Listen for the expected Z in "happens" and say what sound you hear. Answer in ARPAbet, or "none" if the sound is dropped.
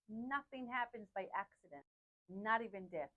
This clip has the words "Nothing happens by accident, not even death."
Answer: Z